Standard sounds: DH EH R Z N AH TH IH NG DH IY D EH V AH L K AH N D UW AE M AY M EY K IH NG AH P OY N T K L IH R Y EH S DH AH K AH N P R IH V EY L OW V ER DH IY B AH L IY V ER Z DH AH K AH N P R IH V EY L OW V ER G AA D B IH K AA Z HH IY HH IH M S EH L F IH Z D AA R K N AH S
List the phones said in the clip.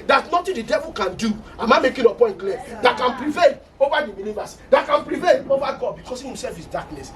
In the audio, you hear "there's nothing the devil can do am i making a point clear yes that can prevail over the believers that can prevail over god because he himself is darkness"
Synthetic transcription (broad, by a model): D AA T N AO T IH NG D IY D EH V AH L K AH N D UW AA M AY M EY K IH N AH P OY N T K L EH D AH K AH N P R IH V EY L OW V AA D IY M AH N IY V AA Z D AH K AH N P R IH V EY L OW V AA G AA D B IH K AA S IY HH IH M S EH L F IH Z D AA K N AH S